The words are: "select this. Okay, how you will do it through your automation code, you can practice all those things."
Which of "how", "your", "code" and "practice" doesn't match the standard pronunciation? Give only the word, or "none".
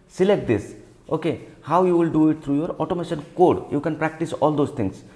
none